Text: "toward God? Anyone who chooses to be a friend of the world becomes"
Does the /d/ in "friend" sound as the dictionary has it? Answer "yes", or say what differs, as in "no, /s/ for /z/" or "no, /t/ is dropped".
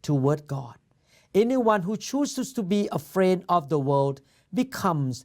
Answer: yes